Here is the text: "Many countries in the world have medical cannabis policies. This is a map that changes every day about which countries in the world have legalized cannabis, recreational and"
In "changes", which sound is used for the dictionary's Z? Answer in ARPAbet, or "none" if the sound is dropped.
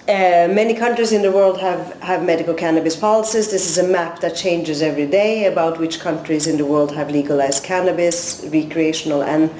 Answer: Z